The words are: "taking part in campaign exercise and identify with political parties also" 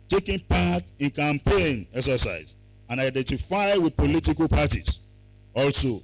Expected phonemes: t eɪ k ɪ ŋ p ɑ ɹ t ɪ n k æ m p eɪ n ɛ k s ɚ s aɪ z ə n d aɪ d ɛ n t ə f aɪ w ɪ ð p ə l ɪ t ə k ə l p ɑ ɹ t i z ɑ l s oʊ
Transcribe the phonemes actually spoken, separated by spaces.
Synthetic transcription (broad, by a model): t eɪ k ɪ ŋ p ɑ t ɪ n k æ m p eɪ n ɛ k s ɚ s aɪ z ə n aɪ d ɛ n t ə f aɪ w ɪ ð p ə l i t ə k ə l p ɑ t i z ɑ l s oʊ